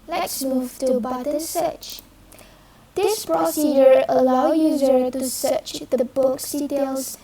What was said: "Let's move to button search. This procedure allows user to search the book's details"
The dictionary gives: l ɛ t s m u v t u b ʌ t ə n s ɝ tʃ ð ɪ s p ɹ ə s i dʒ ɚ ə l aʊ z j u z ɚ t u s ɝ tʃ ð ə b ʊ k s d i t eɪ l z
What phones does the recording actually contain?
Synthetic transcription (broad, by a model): l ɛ t s m u v t u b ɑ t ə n s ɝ tʃ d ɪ s p ɹ ə s i dʒ ɚ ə l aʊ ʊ j u z ɚ t u s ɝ tʃ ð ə b ʊ k s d i t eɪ l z